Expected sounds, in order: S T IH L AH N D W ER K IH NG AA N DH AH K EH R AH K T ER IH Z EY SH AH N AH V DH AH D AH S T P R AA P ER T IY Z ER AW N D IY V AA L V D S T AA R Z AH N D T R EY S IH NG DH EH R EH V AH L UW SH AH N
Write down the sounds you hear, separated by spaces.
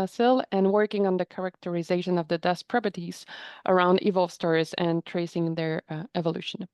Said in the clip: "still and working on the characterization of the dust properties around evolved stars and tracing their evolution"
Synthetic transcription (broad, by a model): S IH L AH N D W ER K IH NG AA N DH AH K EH R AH K T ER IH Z EY SH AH N AH V DH AH D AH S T P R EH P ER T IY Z ER AW N D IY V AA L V S T AA R Z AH N T R EY S IH NG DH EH R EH V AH L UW SH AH N